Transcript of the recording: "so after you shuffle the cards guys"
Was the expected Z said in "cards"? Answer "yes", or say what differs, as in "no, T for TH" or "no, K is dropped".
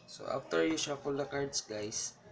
no, S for Z